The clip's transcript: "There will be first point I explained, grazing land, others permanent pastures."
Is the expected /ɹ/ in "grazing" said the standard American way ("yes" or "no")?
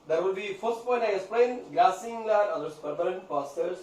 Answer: no